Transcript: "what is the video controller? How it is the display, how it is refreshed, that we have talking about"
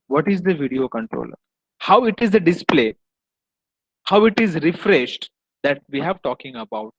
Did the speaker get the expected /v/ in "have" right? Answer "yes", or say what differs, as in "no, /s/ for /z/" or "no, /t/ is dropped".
yes